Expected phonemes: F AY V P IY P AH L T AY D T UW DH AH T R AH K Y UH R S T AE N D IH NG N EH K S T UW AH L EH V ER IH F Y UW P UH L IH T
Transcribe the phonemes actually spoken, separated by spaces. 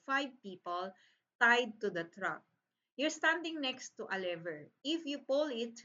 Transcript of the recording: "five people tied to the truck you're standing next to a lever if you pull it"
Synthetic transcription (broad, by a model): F AY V P IY P AH L T AY D T UW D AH T R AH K Y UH R S T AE N D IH NG N EH K S T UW AH L EH V ER IH F Y UW P UH L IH T